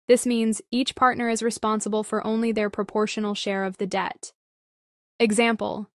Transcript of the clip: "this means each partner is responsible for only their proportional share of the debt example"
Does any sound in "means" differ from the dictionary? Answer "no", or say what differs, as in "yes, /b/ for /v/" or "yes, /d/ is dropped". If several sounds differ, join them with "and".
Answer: no